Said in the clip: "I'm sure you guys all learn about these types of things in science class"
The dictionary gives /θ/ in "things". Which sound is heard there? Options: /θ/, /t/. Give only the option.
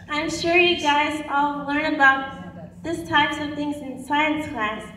/θ/